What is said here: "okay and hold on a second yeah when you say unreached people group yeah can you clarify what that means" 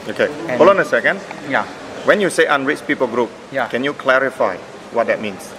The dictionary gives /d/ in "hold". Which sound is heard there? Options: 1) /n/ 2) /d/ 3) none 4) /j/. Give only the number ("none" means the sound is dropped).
3